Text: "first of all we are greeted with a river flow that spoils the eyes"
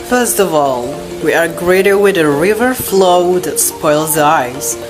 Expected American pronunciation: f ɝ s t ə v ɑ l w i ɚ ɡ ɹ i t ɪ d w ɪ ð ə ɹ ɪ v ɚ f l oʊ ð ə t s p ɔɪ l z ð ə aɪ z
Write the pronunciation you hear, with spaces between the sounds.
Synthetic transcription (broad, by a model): f ɝ s t ə v ɑ l w i ɚ ɡ ɹ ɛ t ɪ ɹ w ɪ ð ə ɹ ɪ v ɚ f l oʊ ð ə t s p ɔɪ l z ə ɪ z